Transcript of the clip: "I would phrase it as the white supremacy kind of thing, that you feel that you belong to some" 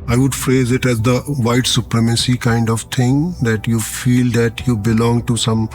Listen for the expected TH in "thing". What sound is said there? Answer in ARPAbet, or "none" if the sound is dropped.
T